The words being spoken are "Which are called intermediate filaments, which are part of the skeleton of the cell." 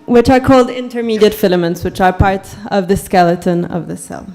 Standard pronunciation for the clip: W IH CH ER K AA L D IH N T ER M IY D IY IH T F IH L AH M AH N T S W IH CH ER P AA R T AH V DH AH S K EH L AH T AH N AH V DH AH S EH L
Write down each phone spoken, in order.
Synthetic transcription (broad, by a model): W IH CH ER K AA L D IH N T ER M IY D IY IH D F IH L AH M AH N T S W IH CH ER P AA R T AH V DH AH S K EH L AH T AH N AH V DH AH S EH L